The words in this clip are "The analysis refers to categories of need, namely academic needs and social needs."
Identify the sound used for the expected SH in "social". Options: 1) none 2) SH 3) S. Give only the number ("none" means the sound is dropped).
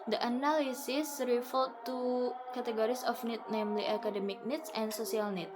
3